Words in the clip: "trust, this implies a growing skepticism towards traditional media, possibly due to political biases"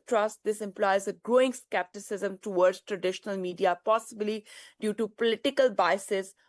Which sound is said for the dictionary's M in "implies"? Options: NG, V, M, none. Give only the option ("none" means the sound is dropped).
M